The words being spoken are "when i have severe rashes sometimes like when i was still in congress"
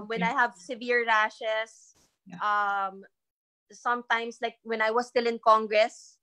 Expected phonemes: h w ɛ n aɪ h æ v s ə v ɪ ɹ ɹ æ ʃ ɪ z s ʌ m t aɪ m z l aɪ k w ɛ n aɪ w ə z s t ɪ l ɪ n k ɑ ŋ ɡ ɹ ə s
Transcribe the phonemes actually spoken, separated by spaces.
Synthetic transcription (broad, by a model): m w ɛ n aɪ h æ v s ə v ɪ ɹ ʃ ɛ s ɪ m s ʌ m t aɪ m s l aɪ k w ɛ n aɪ w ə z s t ɪ l ɪ n k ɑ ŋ ɡ ɹ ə s